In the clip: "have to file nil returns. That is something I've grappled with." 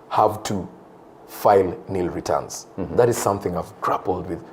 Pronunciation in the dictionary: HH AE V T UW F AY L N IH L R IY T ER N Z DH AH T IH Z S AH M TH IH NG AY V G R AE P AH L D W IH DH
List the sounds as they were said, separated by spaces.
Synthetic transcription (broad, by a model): HH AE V T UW F AY L N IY L R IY T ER N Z DH AH T IH Z S AH M TH IH NG AY V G R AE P L D W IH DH